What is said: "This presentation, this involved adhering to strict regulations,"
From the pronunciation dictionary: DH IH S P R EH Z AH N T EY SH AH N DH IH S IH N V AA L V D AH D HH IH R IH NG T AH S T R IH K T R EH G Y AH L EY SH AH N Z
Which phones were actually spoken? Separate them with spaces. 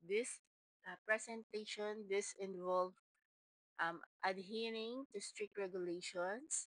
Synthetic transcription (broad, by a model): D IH S P R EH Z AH N T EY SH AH N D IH S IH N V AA L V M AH D HH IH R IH NG T AH S T R IH K T R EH G Y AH L EY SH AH N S